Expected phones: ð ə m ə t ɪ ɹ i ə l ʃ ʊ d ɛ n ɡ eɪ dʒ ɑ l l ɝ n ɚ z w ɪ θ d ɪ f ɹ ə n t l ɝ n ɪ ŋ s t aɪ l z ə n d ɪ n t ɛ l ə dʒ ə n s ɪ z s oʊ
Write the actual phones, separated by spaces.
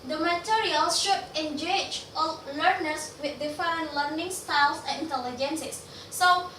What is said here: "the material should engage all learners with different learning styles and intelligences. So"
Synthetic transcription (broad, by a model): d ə m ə t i ɹ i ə l ʃ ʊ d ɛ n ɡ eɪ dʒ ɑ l l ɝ n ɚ s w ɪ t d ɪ f ə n l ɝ n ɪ ŋ s t aɪ l s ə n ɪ n t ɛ l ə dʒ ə n s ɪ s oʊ